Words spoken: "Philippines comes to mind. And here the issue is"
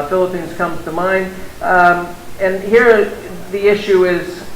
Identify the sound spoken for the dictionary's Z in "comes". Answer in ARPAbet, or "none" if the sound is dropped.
none